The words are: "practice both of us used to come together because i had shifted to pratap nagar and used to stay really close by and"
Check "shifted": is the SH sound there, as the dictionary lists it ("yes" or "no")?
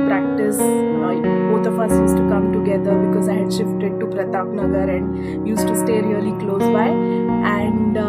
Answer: yes